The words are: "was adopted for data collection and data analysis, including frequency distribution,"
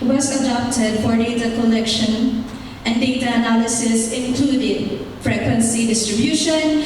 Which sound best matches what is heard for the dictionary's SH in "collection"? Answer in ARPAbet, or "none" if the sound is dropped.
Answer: SH